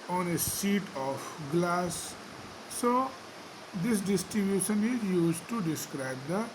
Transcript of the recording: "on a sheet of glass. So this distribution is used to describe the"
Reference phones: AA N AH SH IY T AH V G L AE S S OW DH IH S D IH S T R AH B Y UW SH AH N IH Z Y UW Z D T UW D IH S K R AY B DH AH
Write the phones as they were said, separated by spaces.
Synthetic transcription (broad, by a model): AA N AH S IY T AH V G L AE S S OW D IH S D IH S T R AH B Y UW SH AH N IH Z Y UW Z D T UW D IH S K R AY B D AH